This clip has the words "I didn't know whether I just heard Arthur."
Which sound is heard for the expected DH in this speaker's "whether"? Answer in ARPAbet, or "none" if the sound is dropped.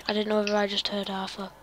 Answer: none